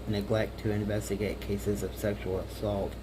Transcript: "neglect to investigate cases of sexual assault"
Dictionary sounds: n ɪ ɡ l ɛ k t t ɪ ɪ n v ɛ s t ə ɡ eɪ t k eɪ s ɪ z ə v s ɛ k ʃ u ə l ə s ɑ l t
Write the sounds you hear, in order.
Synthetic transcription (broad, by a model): n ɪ ɡ l ɛ k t t ɪ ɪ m v ɛ s t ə ɡ eɪ t k eɪ s ɪ z ə v s ɛ k ʃ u l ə s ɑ l t